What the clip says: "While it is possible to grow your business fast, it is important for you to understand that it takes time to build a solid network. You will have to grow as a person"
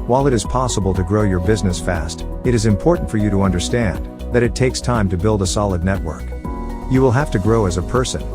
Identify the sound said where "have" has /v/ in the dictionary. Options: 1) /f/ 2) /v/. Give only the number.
1